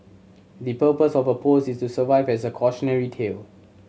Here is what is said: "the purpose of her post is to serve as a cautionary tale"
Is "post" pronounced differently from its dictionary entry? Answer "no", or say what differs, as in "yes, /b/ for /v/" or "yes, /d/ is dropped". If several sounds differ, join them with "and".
yes, /t/ is dropped